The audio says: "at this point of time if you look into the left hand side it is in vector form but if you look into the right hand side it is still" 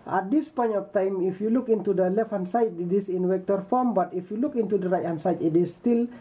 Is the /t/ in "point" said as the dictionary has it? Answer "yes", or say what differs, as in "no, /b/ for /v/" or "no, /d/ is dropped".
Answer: no, /t/ is dropped